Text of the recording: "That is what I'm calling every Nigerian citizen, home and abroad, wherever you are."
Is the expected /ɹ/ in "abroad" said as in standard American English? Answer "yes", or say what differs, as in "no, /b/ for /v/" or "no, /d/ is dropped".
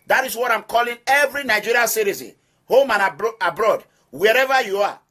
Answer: yes